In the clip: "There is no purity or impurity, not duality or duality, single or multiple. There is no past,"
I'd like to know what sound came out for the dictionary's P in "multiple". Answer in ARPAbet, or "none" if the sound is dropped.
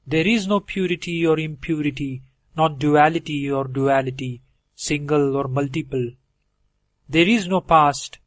P